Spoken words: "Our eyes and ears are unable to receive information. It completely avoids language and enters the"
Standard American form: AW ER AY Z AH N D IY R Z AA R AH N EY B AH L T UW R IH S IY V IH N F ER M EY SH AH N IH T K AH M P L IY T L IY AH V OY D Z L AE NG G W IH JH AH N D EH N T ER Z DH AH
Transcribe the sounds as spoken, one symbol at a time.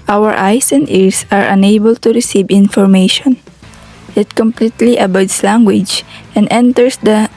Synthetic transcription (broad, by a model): AW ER AY S AH N D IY R S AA R AH N EY B AH L T UW R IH S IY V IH N F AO M EY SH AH N IH T K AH M P L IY T L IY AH B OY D S L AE NG G W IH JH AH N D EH N T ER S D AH